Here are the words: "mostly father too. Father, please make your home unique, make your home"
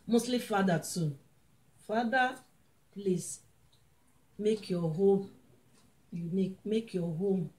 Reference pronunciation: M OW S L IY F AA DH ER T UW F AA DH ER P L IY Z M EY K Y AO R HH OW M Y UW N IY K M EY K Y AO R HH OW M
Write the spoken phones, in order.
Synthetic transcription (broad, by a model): M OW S L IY F AA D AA T UW F AA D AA P L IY S M EY K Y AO HH OW M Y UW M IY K M EY K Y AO HH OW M